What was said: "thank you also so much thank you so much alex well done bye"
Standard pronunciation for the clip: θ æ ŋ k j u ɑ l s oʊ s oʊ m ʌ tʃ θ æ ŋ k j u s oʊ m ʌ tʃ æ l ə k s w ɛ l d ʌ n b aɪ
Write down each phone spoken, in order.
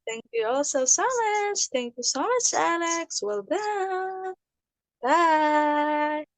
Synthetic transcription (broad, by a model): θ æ ŋ k j u ɑ l s oʊ s oʊ m ʌ tʃ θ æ ŋ k j u s oʊ m ʌ tʃ æ l ə k s w ɛ l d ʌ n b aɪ